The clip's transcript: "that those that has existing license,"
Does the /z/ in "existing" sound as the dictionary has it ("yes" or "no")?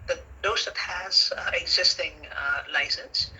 yes